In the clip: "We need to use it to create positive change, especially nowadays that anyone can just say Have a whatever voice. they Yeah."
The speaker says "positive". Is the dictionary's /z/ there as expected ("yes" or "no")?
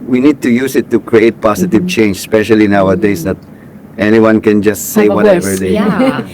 no